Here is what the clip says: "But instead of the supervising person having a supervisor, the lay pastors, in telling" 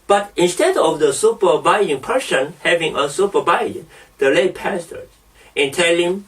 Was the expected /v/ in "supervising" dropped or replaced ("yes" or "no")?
yes